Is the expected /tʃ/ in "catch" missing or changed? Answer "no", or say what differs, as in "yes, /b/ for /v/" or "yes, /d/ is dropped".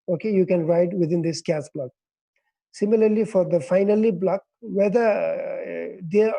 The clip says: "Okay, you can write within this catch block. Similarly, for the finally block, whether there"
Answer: yes, /s/ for /tʃ/